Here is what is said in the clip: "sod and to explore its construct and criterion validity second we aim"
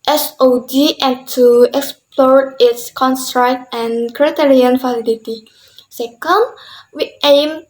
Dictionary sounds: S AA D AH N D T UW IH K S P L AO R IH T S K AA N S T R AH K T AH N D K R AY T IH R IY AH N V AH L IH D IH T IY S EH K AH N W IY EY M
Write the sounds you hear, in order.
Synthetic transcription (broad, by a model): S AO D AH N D T UW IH K S P L AO R IH T S K AA N S T R AH K T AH N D K R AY T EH R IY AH N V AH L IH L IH T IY S EH K AH N W IY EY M